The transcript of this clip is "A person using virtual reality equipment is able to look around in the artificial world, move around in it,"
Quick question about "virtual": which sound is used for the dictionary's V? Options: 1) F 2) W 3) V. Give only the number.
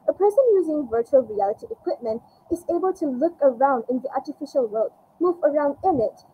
3